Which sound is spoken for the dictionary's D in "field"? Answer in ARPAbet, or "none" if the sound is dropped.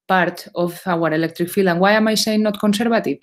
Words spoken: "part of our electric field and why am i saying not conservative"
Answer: none